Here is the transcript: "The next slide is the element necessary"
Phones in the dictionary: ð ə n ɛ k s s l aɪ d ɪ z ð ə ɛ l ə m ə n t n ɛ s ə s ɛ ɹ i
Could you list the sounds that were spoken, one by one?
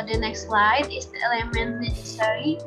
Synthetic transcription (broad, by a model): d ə n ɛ k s s l aɪ d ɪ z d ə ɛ l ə m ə n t n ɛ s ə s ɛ ɹ i